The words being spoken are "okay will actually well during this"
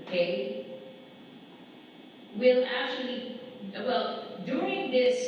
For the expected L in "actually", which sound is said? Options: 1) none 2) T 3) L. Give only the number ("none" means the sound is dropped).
3